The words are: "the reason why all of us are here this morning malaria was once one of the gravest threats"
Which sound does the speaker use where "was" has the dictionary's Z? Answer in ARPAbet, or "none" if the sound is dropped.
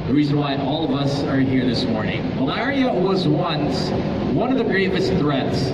Z